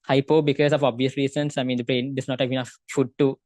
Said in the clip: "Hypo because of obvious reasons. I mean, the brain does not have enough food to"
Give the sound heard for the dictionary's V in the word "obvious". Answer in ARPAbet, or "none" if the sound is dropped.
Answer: V